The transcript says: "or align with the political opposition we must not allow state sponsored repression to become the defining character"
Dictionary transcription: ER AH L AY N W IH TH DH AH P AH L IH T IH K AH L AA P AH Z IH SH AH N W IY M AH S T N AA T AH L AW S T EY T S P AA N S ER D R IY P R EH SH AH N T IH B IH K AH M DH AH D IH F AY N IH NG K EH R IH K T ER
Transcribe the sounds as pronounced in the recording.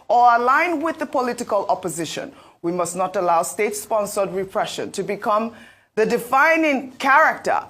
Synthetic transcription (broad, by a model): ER AH L AY N W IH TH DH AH P AH L IH T IH K AH L AA P AH Z IH SH AH N W IY M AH S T N AA T AH L AW S T EY T S P AA N S ER D R IY P R EH SH AH N T IH B IH K AH M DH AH D IH F AY N IH NG K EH R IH K T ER